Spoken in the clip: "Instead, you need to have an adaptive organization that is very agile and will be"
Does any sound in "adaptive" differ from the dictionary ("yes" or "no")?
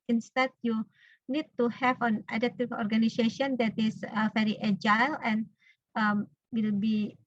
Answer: yes